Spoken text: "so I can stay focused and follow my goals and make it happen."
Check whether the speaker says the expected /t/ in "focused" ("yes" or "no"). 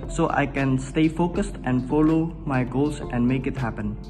yes